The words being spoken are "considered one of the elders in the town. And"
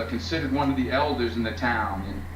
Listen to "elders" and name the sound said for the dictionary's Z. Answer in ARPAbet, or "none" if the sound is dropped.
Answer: Z